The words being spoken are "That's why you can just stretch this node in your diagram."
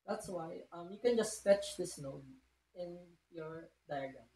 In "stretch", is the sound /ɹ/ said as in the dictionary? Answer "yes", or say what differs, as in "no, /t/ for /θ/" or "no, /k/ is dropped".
no, /ɹ/ is dropped